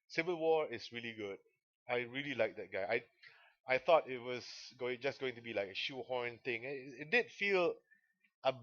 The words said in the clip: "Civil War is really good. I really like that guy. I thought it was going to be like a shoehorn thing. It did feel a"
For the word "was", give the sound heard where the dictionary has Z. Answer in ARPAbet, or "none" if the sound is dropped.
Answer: S